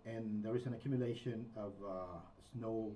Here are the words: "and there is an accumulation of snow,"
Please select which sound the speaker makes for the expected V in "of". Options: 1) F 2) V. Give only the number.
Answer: 2